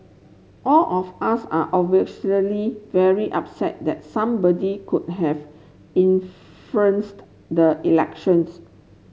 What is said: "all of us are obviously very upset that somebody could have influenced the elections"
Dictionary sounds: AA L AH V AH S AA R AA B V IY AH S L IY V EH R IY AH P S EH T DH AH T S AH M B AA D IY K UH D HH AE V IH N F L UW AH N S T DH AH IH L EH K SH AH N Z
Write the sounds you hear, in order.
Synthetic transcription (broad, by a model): AA L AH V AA S AA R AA V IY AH L IY V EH R IY AH P S EH T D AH T S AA M B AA D IY K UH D HH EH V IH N F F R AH N S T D AH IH L EH K SH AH N S